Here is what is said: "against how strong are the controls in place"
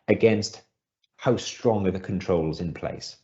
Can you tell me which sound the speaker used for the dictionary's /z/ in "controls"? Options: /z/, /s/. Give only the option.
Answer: /z/